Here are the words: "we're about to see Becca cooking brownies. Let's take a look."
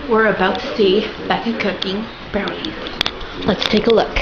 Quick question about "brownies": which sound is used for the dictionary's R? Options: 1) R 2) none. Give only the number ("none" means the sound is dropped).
2